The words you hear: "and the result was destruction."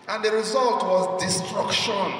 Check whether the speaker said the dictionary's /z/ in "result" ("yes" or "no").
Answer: yes